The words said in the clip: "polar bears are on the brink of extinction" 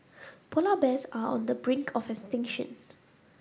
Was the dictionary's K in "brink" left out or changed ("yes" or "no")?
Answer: no